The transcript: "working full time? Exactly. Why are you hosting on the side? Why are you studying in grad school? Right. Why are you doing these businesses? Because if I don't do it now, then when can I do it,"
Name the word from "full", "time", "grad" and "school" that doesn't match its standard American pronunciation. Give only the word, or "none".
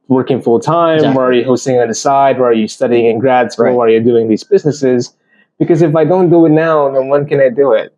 school